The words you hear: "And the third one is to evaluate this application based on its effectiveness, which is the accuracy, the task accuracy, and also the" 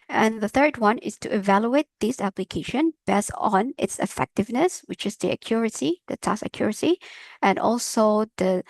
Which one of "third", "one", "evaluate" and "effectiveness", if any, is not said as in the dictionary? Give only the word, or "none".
none